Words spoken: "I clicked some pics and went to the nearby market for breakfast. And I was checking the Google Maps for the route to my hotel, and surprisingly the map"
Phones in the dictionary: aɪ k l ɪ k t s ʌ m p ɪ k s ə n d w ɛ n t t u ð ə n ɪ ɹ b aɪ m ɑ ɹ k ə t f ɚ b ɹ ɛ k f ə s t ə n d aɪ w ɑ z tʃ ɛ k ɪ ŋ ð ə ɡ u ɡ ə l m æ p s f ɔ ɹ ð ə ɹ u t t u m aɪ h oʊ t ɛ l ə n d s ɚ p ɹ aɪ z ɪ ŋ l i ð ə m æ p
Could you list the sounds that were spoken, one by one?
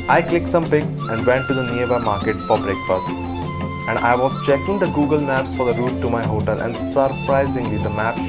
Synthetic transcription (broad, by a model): aɪ k l ɪ k t s ʌ m p ɪ k s ə n d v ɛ n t t u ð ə n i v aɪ m ɑ ɹ k ə t f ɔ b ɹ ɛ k p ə s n ə n d aɪ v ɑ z tʃ ɛ k ɪ ŋ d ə ɡ u ɡ ə l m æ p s f ɔ ɹ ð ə ɹ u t t u m aɪ h oʊ t ɛ l ə n d s ɚ p ɹ aɪ z ɪ ŋ l i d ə m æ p